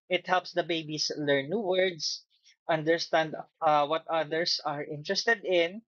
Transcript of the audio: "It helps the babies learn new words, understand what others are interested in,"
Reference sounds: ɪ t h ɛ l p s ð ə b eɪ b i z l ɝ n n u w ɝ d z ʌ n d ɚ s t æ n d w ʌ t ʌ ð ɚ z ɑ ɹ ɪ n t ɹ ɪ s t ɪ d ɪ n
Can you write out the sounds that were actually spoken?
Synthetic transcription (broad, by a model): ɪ t h ɛ l p s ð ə b eɪ b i s l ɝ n n u w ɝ d s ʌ n d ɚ s t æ n d w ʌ t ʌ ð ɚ s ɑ ɹ ɪ n t ɹ ɪ s t ɪ d ɪ n